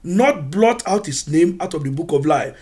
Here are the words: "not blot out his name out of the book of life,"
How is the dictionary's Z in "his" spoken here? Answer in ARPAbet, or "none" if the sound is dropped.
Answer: S